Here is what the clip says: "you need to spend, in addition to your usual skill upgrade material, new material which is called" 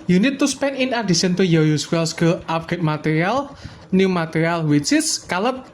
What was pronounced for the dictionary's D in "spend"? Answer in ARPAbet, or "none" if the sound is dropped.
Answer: none